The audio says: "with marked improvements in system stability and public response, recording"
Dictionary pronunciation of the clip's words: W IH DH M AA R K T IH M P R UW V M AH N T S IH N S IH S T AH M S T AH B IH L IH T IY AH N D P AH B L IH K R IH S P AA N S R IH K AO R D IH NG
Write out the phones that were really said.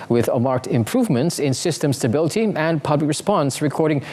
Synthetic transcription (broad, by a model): W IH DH M AA R K T IH M P R UW V M AH N T S IH N S IH S T AH M S T AH B IH L IH T IY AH N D P AH B L IH K R IH S P AA N S R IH K AO R D IH NG